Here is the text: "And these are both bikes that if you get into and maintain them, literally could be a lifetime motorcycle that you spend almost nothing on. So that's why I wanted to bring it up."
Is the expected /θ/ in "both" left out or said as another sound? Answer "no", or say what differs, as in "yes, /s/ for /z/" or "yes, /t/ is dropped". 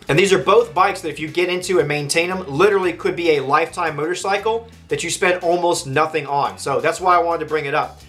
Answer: no